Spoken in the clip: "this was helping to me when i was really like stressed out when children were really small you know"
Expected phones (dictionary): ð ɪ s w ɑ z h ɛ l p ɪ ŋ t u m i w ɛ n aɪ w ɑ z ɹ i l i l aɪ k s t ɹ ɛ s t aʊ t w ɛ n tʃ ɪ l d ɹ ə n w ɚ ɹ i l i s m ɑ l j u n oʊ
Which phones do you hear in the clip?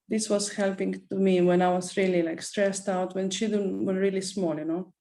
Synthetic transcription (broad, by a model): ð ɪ s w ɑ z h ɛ l p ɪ ŋ t u m i w ɛ n aɪ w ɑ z ɹ i l i l aɪ k s t ɹ ɛ s t aʊ t w ɛ n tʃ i d ə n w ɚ ɹ i l i s m ɑ l j u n oʊ